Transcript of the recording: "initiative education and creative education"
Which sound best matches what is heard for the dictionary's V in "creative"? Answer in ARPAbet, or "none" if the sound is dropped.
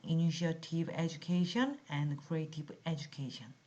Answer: P